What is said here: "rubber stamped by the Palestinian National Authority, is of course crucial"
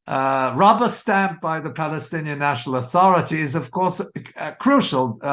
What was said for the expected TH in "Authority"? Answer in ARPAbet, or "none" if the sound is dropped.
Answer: TH